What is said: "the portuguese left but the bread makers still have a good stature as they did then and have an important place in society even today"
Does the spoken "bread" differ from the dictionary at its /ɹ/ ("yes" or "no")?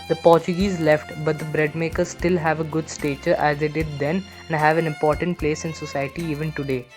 no